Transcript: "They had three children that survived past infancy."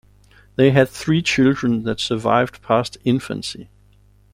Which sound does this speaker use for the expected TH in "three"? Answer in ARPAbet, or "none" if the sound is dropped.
TH